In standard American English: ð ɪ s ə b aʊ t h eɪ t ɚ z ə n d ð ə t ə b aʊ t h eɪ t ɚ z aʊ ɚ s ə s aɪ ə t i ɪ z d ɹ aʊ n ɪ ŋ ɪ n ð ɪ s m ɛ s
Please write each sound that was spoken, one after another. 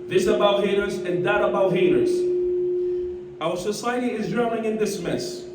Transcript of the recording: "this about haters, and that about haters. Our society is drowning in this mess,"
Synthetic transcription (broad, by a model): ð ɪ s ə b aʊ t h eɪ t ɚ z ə n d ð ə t ə b aʊ t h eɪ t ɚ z aʊ ɚ s ə s aɪ ə t i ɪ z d ɹ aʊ ɪ ŋ ɪ n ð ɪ s m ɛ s